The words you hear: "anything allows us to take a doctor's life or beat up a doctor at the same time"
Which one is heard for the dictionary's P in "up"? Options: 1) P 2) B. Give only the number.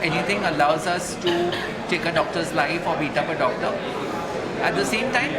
1